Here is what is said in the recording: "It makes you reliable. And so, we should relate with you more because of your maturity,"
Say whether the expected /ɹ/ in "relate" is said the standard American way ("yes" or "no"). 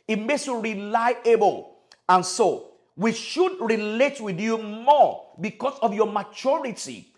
yes